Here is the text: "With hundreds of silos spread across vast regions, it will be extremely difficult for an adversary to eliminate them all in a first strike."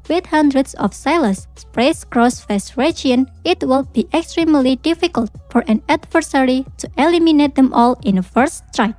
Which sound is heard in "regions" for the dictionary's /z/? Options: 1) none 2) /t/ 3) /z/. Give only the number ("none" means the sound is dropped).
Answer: 1